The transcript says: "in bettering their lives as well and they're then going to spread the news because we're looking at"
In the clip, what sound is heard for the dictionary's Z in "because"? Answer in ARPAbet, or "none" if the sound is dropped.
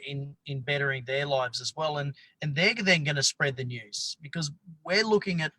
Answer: Z